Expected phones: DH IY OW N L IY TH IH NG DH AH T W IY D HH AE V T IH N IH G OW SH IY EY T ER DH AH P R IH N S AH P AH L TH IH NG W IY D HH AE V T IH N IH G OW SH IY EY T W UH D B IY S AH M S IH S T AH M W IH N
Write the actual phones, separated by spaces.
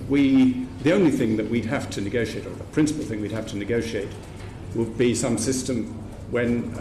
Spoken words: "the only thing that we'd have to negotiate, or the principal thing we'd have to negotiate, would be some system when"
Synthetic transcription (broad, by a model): DH IY OW N L IY TH IH NG DH AH T W IY D HH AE F T IH N IH G OW SH IY EY T ER DH AH P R IH N S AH P L TH IH NG W IY D HH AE F T IH N IH G OW SH IY EY T W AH D B IY S AH M S IH S T AH M W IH N